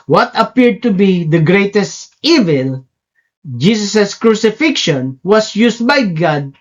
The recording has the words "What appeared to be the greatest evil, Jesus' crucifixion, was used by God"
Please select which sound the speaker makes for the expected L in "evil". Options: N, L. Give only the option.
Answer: L